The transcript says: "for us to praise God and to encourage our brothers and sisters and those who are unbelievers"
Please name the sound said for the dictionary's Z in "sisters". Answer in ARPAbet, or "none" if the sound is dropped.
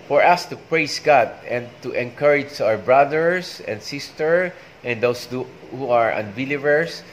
none